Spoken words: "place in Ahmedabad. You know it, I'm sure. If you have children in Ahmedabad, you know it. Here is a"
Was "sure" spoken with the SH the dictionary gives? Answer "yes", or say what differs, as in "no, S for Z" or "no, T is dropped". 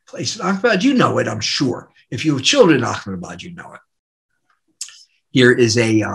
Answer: yes